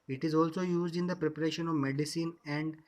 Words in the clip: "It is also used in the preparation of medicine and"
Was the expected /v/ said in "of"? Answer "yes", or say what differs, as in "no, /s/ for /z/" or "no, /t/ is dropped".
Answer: yes